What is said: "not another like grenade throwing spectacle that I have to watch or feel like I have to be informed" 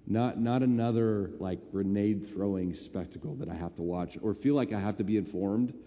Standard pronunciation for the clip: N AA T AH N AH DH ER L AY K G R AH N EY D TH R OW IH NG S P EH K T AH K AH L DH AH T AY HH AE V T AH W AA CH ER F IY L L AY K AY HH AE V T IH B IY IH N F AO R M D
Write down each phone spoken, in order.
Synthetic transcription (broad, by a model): N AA T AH N AH DH ER L AY K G R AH N EY D TH R OW IH NG S P EH K T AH K L DH AH T AY HH AE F T AH W AA CH ER F IY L L AY K AY HH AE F T IH B IY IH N F AO R M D